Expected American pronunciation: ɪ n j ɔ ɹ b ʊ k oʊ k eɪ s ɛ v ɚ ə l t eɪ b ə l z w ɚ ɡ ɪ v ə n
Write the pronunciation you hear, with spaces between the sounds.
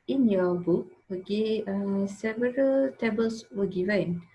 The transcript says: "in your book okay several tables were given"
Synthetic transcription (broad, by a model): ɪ n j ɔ b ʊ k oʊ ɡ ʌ s ɛ v ɚ ə l t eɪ b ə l s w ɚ ɡ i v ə n